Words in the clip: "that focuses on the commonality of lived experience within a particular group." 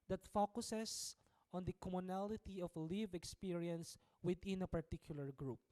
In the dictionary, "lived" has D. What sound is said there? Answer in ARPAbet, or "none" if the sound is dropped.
none